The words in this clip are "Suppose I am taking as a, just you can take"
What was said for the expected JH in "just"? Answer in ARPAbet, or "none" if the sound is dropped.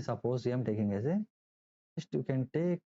Z